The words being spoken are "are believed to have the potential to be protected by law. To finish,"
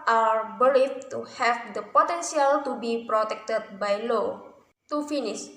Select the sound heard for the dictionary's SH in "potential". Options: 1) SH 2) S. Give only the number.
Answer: 2